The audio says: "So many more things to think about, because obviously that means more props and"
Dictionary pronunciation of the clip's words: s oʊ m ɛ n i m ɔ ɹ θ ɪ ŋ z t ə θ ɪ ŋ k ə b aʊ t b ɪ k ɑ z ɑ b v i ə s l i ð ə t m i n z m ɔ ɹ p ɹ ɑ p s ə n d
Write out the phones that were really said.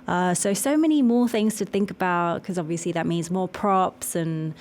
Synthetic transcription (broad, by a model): s oʊ m ɛ n i m ɔ θ ɪ ŋ z t ə θ ɪ ŋ k ə b aʊ t k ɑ z ɑ b v i ə s l i ð ə t m i n z m ɔ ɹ p ɹ ɑ p s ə n